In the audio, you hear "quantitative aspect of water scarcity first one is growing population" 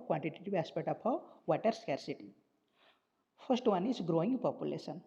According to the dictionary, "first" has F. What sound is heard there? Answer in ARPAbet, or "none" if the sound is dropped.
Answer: P